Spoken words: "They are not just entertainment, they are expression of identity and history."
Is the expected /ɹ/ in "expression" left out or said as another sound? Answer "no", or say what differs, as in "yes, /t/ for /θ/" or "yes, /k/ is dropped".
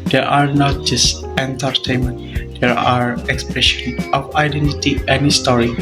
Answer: no